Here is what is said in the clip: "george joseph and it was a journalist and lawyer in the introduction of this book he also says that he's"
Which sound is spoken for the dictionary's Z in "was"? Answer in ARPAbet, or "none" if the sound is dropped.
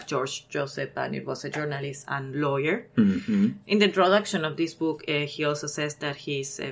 S